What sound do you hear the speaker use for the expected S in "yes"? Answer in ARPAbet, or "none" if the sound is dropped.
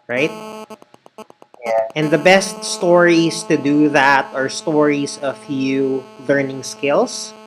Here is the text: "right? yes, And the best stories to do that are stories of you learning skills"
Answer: none